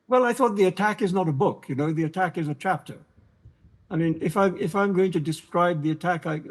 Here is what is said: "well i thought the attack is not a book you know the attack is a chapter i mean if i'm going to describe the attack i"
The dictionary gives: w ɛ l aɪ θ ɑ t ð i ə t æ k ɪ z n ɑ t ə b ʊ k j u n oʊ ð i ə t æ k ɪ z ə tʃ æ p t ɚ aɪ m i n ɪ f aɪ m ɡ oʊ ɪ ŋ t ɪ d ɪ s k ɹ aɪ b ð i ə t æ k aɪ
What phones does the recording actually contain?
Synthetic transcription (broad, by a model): w ɛ l aɪ θ ɑ t ð i ə t æ k ɪ z n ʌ t ə b ʊ k j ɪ n oʊ ð i ə t æ k ɪ z ə tʃ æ p t ɚ aɪ m i n ɪ f aɪ m ɡ oʊ ɪ ŋ t ɪ d ɪ s k ɹ aɪ b ð i ə t æ k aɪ